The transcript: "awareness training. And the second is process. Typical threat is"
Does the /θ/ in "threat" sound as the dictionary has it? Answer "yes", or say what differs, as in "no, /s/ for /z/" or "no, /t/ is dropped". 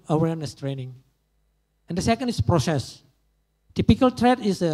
no, /t/ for /θ/